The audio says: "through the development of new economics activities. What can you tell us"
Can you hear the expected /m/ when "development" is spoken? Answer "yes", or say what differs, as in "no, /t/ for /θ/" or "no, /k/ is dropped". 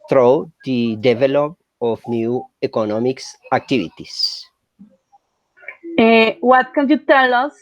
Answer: no, /m/ is dropped